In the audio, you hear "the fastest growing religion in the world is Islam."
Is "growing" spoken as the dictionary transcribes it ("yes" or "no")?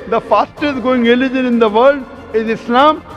no